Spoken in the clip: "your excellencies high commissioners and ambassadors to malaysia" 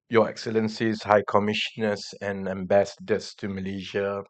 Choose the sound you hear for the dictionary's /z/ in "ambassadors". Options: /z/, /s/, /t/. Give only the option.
/s/